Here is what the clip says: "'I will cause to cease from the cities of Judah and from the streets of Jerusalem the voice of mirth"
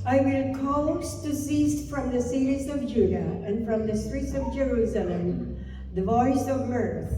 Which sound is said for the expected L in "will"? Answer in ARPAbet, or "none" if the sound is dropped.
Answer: N